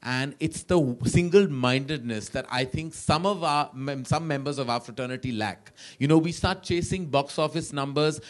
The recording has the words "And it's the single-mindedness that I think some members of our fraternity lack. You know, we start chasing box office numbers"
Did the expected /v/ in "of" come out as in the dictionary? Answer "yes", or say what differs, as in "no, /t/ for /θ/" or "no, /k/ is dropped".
yes